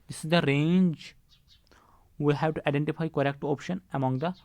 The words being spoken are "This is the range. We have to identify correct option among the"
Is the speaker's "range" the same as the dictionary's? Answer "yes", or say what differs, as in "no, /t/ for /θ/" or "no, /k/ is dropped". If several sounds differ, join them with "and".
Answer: yes